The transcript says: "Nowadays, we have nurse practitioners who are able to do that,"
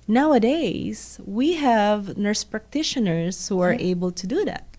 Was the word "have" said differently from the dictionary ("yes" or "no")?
no